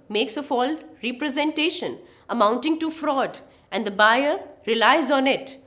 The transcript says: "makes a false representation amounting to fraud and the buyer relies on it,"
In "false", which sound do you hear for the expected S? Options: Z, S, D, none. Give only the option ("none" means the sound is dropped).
none